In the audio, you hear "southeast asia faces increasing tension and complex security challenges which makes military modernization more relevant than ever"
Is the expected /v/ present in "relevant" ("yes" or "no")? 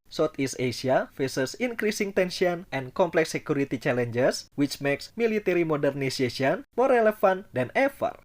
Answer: no